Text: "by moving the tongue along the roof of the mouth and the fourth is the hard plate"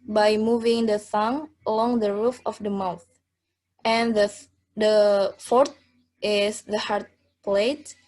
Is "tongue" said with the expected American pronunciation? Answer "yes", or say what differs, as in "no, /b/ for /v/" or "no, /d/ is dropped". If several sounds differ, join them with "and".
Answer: no, /s/ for /t/